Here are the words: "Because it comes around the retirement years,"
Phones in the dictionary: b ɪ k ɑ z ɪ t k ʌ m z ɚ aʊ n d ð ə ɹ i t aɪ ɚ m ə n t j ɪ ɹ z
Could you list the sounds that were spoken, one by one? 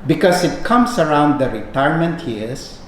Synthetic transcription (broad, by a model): b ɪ k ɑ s ɪ t k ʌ m s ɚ aʊ n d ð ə ɹ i t aɪ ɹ m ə n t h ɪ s